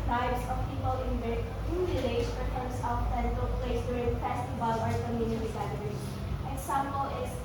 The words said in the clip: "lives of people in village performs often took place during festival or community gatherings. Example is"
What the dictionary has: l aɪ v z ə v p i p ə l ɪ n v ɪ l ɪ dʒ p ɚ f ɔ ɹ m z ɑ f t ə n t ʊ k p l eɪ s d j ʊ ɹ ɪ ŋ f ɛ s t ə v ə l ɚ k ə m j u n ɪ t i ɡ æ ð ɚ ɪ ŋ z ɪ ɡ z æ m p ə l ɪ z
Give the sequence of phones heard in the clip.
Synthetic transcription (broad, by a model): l aɪ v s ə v p i p ə l ɪ n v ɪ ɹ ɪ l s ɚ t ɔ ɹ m s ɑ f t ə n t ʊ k p l eɪ s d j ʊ ɹ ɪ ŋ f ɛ s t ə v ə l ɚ k ə m j u n ɪ t i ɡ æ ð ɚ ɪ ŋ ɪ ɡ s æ m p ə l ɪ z